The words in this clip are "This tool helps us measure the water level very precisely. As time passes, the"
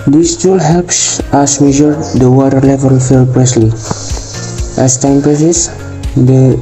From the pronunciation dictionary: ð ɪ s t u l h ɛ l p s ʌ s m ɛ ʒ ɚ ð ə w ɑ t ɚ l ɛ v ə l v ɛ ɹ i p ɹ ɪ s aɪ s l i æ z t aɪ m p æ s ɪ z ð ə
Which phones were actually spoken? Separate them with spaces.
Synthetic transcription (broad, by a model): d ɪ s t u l h ɛ l p s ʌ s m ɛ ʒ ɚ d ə w ɑ t ɚ l ɛ v ə l f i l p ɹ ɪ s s l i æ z t aɪ m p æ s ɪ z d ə